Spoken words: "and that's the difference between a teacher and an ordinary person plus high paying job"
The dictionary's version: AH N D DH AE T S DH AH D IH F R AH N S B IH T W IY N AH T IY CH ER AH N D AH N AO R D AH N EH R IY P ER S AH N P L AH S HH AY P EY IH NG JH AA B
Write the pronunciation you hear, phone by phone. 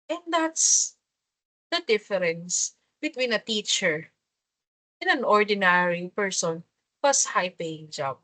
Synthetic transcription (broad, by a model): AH N D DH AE T S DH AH D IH F R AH N S B IH T W IY N AH T IY CH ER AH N AH N AO R D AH N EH R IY P ER S AH N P AH S HH AY P EY IH NG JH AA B